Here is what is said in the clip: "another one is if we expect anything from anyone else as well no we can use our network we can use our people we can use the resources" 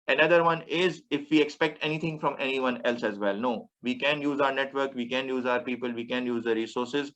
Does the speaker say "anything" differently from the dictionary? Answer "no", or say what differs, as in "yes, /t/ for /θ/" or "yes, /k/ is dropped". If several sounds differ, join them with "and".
yes, /t/ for /θ/